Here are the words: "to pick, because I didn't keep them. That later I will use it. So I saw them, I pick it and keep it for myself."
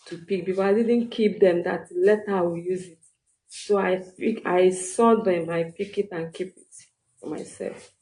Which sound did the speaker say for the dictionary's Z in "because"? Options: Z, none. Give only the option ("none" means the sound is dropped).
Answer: none